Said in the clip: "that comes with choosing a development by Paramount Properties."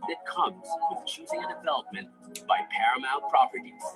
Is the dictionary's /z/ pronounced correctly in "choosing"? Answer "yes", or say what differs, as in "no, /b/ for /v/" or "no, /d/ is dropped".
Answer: yes